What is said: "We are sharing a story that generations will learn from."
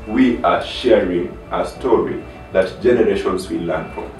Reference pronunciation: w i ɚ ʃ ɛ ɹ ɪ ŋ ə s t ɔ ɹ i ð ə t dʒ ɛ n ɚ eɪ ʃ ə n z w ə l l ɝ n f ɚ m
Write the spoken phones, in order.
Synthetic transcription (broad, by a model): w i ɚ ʃ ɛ ɹ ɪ ŋ ə s t ɔ ɹ i ð ə t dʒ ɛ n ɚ eɪ ʃ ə n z w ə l l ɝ n f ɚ